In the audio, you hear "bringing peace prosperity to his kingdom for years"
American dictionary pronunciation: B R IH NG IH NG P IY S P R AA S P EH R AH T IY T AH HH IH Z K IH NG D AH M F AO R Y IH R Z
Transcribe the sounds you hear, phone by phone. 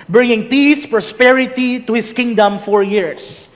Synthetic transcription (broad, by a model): B R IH NG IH NG P IY S P R AA S P EH R AH T IY T AH HH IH S K IH NG D AH M F AO R Y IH R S